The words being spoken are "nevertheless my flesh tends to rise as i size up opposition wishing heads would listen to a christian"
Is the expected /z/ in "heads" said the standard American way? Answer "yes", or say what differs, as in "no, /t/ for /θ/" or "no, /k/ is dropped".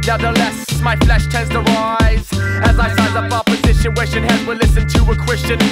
no, /z/ is dropped